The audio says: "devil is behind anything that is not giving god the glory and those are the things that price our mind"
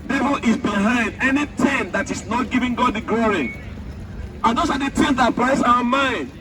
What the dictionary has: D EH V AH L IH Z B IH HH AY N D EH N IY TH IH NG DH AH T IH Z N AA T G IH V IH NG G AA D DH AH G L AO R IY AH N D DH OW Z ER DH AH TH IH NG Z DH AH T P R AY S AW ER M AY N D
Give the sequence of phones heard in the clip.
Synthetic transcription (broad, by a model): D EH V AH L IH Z B IH HH AY N D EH N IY T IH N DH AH T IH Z N AA T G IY V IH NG G AA D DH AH G L AO R IY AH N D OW S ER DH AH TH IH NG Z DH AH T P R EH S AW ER M AY N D